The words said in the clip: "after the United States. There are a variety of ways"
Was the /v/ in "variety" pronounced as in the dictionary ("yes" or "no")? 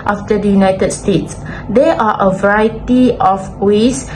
yes